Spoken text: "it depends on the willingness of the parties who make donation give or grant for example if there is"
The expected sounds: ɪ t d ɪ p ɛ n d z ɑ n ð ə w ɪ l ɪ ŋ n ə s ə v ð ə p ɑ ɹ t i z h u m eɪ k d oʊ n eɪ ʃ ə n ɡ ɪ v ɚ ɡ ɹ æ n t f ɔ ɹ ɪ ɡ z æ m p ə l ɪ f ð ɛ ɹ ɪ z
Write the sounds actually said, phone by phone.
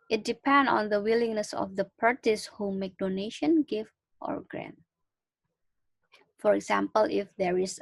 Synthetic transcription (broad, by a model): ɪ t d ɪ p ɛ n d ɑ n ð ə w ɪ l ɪ ŋ n ə s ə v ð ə p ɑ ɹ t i s h u m eɪ k d oʊ n eɪ ʃ ə n ɡ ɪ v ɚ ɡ ɹ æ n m f ɔ ɹ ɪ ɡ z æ m p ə l ɪ f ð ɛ ɹ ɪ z